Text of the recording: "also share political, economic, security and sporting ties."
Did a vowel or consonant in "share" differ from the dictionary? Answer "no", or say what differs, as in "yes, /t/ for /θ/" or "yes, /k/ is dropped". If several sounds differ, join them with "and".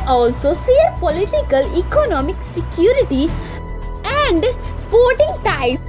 yes, /s/ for /ʃ/